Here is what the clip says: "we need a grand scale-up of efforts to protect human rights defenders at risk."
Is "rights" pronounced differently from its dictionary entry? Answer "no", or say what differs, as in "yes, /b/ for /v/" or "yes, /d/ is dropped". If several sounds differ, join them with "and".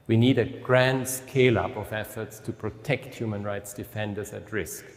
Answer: no